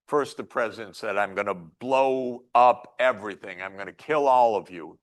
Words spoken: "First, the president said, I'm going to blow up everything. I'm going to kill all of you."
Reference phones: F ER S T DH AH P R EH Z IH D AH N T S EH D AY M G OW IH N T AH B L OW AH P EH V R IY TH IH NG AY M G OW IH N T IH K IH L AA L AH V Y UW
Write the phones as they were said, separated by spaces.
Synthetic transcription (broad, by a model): F ER S T DH AH P R EH Z IH D AH N T S EH D AY M G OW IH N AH B L OW AH P EH V R IY TH IH NG AY M G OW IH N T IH K IH L AA L AH V Y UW